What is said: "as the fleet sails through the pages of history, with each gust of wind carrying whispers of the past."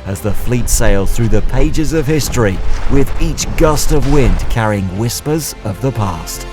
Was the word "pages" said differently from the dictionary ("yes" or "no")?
no